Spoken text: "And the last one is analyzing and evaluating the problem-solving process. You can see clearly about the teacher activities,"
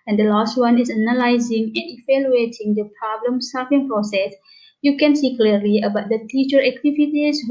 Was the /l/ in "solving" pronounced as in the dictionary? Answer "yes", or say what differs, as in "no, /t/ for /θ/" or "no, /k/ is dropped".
no, /l/ is dropped